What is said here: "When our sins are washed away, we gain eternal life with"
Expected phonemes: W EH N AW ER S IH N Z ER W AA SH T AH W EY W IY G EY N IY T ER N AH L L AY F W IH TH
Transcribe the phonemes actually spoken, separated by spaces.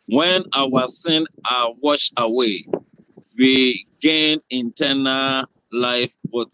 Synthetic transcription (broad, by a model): W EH N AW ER S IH N AA W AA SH AH W EY W IY G EY N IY T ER N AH L L AY F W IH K